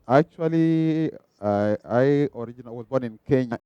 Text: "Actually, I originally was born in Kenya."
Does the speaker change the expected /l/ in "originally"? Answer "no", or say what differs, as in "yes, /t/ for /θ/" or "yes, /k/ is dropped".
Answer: yes, /n/ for /l/